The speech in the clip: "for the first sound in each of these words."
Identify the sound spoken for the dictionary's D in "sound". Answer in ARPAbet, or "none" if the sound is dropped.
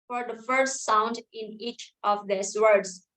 D